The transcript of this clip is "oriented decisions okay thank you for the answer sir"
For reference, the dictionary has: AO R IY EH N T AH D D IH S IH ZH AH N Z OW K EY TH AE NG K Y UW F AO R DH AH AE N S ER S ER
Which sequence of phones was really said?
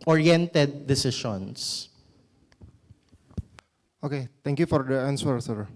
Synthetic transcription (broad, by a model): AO R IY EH N T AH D D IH S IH SH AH N S OW K EY T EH NG K Y UW F AO R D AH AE N S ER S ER